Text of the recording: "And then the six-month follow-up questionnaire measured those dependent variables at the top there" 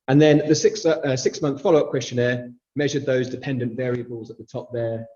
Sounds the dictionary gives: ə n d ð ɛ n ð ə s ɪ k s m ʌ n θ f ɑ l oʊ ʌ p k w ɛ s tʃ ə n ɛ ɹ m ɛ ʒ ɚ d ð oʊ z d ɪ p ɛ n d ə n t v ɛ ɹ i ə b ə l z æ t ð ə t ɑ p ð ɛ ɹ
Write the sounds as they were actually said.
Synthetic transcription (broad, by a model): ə n ð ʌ n ð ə s ɪ k s m ʌ n θ f ɑ l oʊ ʌ p k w ɛ s tʃ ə n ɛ m ɛ ʒ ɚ d ð oʊ z d ɪ p ɛ n d ə n t v ɛ ɹ i ə b ə l z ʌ t ð ə t ɑ p ð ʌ